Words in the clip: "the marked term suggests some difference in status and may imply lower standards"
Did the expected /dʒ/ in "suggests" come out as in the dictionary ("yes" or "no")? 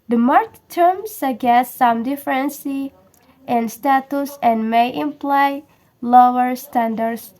no